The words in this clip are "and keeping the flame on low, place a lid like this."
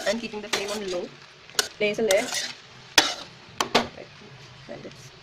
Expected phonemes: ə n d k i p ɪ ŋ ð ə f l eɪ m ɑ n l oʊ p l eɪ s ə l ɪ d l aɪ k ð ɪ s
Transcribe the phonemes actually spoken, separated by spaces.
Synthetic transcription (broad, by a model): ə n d k i p ɪ ŋ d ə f eɪ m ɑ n l oʊ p l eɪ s ə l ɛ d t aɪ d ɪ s